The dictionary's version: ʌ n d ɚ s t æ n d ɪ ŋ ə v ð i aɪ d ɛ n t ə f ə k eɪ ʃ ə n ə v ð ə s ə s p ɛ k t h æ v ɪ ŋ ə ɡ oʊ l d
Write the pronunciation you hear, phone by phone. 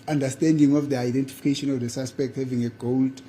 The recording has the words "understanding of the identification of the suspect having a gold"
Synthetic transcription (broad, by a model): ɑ n d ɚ s t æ n d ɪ ŋ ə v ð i aɪ d ɛ n t ə f ə k eɪ ʃ ə n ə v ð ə s ə s p ɛ k t h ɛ v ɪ ŋ ə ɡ oʊ l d